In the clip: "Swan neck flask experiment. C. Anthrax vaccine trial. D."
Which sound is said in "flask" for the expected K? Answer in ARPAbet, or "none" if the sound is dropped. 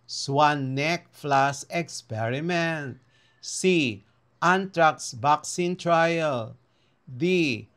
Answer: none